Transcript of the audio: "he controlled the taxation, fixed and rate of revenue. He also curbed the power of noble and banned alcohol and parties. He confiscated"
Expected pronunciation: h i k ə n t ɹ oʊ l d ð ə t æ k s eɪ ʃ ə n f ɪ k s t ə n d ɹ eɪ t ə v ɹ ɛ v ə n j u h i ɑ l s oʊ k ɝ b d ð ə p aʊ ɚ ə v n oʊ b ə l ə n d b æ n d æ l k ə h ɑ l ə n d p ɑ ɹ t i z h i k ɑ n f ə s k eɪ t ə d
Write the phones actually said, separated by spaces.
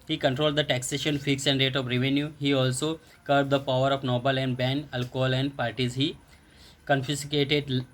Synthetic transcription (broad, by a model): h i k ə n t ɹ oʊ l d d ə t æ k s eɪ ʃ ə n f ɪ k s ə n d ɹ eɪ t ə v ɹ ɛ v ə n j u h i ɑ l s oʊ k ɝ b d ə p aʊ ɚ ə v n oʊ b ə l ə n d b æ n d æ l k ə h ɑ l ə n d p ɑ ɹ t i z h i k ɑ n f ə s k eɪ t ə d